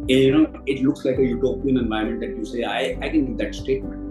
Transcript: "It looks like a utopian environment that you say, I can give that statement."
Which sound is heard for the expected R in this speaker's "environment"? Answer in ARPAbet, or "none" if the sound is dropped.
none